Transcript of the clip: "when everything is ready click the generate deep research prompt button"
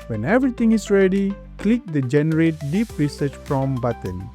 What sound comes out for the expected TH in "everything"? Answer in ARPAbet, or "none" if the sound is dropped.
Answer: T